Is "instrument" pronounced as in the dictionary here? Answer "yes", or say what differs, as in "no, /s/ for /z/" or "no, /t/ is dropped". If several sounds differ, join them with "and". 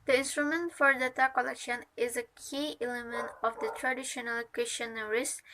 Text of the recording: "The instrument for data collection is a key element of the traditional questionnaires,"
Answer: yes